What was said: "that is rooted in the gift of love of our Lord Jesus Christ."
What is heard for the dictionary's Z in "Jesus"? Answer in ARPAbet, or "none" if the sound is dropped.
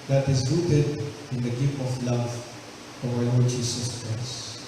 S